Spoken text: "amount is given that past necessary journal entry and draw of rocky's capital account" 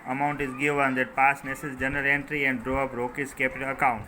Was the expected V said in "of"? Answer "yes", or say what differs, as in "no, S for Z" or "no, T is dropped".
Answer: no, P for V